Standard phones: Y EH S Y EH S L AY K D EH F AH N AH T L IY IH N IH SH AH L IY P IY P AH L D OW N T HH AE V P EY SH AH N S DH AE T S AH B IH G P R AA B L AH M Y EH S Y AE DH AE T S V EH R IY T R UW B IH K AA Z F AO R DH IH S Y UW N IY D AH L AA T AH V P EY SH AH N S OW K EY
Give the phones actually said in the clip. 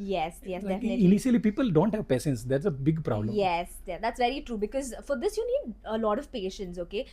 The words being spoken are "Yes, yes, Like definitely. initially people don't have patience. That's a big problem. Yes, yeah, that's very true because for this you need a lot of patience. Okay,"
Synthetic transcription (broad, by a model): Y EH S Y EH S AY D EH AH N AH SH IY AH L IY P IY P AH L D OW N T HH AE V P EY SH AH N S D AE T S AH B IH G P R AA B L AH M Y EH S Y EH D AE T S V EH R IY T R UW B IH K AA Z F AO R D IH S Y UW N IY D AH L AA T AH V P EY SH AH N S OW K EY